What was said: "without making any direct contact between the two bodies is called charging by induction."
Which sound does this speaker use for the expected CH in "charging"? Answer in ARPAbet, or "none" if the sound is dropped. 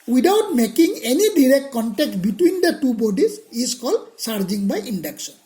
S